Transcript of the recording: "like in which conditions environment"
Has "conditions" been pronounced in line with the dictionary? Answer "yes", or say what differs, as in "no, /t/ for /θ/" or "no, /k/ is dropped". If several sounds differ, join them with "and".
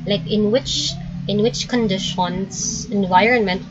no, /s/ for /z/